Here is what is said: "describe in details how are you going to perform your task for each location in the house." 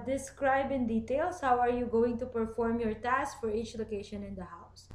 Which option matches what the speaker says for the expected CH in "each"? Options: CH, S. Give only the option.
CH